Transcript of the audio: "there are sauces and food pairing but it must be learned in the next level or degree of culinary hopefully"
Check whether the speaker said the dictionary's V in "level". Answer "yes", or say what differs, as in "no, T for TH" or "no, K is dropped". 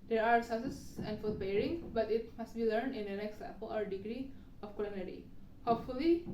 no, P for V